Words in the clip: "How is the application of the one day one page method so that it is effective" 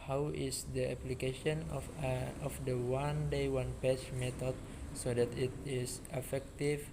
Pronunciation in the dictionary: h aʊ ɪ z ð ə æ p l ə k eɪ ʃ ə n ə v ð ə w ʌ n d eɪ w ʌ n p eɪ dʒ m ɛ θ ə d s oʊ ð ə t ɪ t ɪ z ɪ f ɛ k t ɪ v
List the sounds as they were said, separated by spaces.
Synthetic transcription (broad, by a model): h aʊ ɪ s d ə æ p l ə k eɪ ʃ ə n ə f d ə w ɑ n d eɪ w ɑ n p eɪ tʃ m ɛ t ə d s oʊ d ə t ɪ t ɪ s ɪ f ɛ k t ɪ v